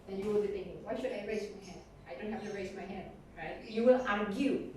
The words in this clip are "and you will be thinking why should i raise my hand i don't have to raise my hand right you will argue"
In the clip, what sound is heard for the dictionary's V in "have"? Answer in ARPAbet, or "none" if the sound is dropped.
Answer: F